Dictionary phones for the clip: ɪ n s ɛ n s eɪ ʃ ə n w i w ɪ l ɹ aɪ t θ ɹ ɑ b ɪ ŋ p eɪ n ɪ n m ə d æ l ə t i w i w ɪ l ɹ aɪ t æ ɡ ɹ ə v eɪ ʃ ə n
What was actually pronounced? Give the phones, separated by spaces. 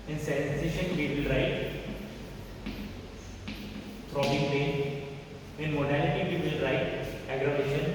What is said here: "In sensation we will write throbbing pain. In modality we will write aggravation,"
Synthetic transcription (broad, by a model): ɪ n s ɛ n s eɪ ʃ ə n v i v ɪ l ɹ aɪ t t ɹ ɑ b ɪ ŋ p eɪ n ɪ n m ə d æ l ə t i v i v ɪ l ɹ aɪ t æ ɡ ɹ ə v eɪ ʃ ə n